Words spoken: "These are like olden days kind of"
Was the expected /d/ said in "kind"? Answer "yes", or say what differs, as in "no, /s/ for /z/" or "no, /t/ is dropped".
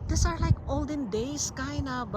no, /d/ is dropped